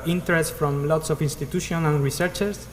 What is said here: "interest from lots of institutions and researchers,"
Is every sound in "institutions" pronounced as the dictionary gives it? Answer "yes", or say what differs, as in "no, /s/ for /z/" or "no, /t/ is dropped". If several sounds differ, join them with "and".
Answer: no, /z/ is dropped